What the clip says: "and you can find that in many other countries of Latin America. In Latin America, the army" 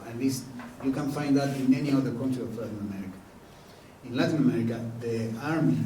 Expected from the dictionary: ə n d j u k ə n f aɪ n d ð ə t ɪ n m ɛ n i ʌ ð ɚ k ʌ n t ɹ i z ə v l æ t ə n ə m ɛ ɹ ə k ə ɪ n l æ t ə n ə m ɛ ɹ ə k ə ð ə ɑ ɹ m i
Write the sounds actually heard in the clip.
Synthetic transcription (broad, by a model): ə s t j u k ə n f aɪ n d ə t ɪ n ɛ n i ʌ ð ɚ k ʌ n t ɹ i ə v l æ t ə n ə m ɛ ɹ ə k ə ɪ n l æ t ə n ə m ɛ ɹ ə k ə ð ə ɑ ɹ m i